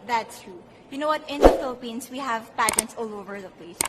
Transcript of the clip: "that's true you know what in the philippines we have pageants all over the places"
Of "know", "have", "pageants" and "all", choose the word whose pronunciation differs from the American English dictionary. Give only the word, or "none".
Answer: pageants